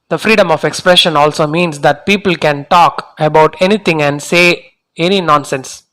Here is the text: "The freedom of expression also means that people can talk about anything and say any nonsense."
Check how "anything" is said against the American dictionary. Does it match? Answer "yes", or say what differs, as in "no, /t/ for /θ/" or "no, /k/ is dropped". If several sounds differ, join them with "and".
no, /t/ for /θ/